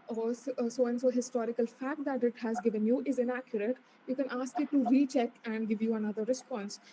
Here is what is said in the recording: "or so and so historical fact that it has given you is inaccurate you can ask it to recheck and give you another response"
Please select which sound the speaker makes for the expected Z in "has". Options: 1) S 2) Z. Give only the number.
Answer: 2